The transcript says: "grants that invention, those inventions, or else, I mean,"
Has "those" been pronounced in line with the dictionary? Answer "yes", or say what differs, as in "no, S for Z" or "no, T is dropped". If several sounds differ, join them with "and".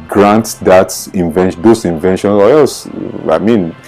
no, S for Z